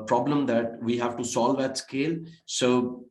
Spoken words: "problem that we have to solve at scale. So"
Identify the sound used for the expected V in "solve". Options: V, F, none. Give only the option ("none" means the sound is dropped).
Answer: V